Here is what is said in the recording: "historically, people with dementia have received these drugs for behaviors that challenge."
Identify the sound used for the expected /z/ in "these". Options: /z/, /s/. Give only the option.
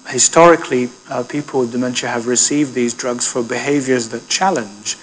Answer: /z/